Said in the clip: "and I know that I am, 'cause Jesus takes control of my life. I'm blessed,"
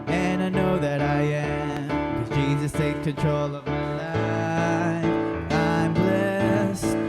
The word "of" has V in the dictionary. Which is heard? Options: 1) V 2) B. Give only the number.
1